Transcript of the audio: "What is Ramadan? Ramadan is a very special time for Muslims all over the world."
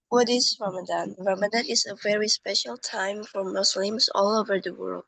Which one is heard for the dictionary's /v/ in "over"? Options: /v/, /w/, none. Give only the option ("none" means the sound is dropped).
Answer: /v/